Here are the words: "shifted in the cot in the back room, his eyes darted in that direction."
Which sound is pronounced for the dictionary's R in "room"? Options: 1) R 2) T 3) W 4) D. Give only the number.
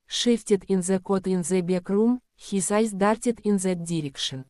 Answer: 1